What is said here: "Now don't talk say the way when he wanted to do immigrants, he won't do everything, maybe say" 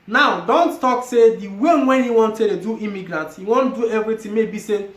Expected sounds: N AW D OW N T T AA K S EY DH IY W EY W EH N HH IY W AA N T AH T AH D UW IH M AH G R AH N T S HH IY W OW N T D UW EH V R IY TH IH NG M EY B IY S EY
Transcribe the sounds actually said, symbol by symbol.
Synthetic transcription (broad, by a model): N AW D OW N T T AA K S EY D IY W EY W EH N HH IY W AA N T AH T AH D UW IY M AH G R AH N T HH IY W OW N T D UW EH V R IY T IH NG M EY B IY S EY